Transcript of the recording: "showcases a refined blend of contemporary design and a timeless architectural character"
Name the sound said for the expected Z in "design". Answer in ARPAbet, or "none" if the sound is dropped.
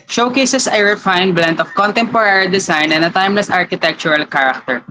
S